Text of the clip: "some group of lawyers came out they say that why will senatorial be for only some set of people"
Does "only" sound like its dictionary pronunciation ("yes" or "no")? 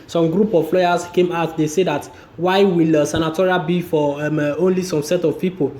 yes